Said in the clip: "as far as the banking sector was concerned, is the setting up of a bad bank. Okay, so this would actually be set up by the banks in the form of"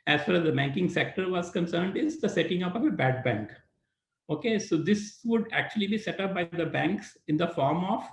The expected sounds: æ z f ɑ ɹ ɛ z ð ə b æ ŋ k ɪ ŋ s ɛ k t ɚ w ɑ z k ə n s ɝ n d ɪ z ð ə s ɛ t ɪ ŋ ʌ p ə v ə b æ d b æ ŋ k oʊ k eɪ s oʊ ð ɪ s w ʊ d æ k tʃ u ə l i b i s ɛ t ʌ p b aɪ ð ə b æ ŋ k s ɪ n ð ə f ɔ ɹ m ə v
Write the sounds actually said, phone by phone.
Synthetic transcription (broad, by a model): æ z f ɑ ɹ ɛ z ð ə b æ ŋ k ɪ ŋ s ɛ k t ɚ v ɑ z k ə n s ɝ n d ɪ z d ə s ɛ t ɪ ŋ ʌ p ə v ə b æ d b æ ŋ k oʊ k eɪ s oʊ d ɪ s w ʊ d æ k tʃ u ə l i b i s ɛ t ʌ p b aɪ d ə b æ ŋ k s ɪ n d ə f ɔ ɹ m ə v